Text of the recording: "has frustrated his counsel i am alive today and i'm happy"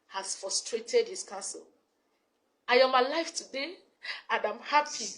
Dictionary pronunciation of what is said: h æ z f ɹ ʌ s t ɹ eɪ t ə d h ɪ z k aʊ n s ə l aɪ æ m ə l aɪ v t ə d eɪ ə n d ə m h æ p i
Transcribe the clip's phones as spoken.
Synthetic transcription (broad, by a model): h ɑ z f ɹ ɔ s t ɹ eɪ t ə d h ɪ s k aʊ n s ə l aɪ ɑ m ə l aɪ f t ə d eɪ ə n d ə m h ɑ p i